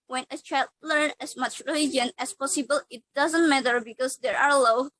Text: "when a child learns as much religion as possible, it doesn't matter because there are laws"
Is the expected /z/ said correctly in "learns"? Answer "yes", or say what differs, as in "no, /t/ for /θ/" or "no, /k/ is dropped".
no, /z/ is dropped